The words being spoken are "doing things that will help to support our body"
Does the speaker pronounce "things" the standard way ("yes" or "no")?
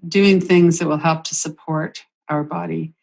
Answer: yes